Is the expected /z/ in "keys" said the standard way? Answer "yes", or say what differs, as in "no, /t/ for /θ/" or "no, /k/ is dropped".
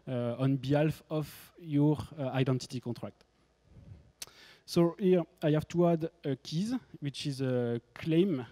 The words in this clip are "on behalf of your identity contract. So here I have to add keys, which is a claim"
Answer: yes